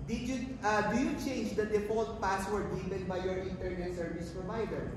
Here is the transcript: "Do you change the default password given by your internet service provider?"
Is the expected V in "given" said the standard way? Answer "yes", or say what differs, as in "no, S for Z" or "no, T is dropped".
no, P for V